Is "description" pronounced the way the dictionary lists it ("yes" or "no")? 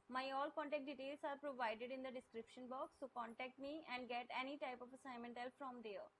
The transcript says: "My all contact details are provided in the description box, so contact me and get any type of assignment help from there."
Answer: yes